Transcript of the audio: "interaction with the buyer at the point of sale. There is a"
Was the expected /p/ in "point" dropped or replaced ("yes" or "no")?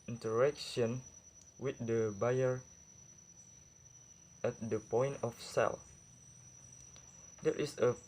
no